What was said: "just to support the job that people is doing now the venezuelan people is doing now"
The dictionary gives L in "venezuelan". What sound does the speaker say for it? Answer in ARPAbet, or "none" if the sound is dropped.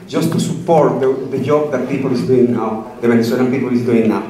N